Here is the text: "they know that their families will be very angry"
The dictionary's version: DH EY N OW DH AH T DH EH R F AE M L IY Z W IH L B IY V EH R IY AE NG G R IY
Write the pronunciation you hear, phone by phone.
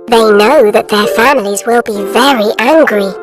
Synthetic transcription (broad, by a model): DH EY N OW DH AH T DH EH R F AE M L IY Z W IH L B IY V EH R IY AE NG G R IY